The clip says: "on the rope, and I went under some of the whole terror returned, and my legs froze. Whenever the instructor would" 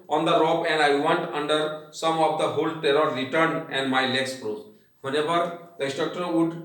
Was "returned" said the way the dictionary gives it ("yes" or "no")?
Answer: no